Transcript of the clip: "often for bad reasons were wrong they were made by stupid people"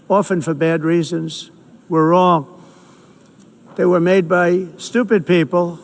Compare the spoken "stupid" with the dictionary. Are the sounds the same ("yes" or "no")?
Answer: yes